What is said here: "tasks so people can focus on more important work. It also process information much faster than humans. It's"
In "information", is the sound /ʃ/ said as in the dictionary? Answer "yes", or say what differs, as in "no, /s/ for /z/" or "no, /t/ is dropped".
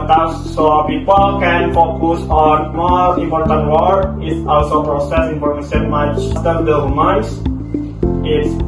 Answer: no, /s/ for /ʃ/